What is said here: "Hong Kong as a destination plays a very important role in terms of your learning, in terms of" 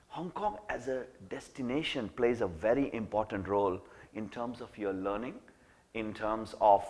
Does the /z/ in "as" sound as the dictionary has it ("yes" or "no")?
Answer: yes